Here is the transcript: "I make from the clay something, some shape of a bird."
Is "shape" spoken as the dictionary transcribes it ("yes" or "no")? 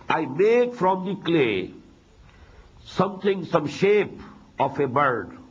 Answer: yes